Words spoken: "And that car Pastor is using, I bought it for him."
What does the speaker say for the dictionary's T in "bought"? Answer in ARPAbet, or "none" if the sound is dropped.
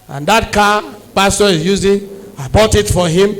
T